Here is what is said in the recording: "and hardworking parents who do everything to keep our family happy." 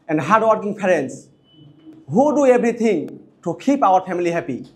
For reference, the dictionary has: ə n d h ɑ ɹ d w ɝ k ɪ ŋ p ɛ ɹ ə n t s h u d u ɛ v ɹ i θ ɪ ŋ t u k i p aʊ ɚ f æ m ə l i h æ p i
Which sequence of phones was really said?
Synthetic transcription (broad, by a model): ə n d h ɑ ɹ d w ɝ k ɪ ŋ p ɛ ɹ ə n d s h u d u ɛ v ɹ i t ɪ ŋ t u k i p aʊ ɚ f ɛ m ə l i h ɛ p i